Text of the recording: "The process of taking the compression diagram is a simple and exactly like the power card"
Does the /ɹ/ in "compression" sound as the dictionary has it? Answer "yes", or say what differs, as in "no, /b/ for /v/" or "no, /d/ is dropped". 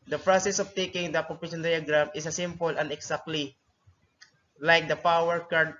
no, /ɹ/ is dropped